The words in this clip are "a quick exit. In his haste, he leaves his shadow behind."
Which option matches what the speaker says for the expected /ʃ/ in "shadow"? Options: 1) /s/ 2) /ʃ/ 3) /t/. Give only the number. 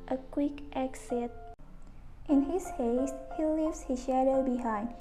2